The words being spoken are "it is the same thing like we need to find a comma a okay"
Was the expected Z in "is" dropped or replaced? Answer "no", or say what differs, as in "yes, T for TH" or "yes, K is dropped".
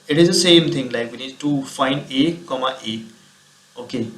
no